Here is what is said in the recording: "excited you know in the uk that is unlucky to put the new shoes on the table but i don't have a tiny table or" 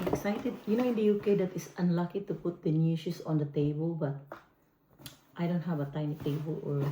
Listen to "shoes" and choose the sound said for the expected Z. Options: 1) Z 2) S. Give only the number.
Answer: 2